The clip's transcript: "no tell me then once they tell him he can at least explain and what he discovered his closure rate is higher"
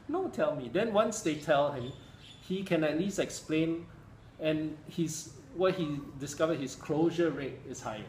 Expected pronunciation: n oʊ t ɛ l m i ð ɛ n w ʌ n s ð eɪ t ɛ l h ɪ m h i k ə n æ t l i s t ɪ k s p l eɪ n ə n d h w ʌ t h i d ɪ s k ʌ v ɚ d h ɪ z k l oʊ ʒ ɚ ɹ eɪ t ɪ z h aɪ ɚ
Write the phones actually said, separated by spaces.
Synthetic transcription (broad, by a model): n oʊ t ɛ l m i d ɛ n w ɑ n s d eɪ t ɛ l h ɪ m h i k ə n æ t l i s t ɪ k s p l eɪ n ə n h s w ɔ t h i d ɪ s k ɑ v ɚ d h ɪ s k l oʊ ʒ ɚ ɹ eɪ t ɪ s h aɪ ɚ